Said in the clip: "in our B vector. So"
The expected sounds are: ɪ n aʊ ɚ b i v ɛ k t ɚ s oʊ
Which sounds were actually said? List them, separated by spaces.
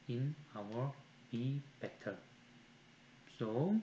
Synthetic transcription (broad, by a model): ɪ n aʊ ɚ b i b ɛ t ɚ s oʊ